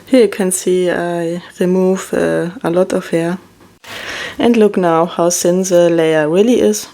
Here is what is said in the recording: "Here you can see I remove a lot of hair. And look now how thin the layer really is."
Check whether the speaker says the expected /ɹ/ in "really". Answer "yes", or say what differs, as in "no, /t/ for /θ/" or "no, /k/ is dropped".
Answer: no, /w/ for /ɹ/